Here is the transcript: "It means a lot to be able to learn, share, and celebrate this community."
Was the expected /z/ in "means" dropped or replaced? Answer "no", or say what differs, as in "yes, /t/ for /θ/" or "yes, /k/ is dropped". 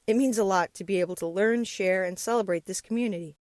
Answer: no